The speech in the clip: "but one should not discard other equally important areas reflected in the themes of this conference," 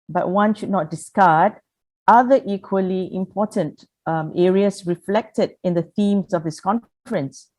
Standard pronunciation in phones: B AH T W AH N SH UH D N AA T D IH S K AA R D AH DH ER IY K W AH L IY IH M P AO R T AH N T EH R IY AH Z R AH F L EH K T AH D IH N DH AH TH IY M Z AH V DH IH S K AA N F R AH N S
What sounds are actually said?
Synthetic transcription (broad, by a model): B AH T W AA N SH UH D N AA T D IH S K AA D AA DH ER IY K W AH L IY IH M P AO T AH N T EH R IY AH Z R AH F L EH K T AH D IH N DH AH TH IY M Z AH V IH S K AA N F R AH N S